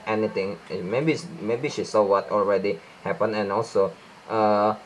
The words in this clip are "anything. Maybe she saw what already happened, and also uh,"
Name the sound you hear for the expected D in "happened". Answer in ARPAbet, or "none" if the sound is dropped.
none